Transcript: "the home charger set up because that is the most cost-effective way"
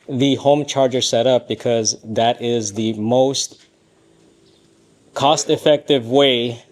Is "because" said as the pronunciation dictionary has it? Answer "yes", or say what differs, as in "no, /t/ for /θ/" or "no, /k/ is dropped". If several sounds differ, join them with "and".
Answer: yes